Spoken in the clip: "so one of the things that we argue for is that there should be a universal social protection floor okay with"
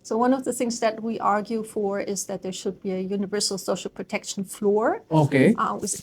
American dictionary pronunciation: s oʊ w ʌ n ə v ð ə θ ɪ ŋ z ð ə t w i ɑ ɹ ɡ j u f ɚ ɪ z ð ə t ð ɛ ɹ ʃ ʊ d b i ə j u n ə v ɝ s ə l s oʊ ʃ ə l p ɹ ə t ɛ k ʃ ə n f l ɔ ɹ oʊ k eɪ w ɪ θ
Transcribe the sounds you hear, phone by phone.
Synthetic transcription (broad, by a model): s oʊ w ʌ n ə v ð ə θ ɪ ŋ z ð ə t w i ɑ ɹ ɡ j u f ɚ ɪ z ð ə t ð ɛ ɹ ʃ ʊ d b i ə j u n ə v ɝ s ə l s oʊ ʃ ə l p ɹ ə t ɛ k ʃ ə n f l ɔ ɹ oʊ k eɪ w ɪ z